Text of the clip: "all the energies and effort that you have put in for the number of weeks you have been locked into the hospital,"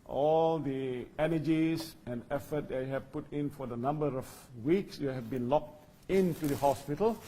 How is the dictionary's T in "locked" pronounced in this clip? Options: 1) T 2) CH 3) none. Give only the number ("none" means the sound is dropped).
1